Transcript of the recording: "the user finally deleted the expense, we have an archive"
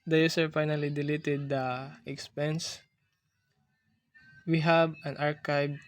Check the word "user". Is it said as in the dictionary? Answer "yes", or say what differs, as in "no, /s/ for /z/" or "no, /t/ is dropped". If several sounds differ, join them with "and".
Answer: no, /s/ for /z/